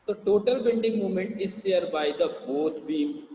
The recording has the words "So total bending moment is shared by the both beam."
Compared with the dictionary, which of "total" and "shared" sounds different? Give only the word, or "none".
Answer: shared